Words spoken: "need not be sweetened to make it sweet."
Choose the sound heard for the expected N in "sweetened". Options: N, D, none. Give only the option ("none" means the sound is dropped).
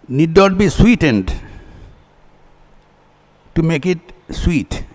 N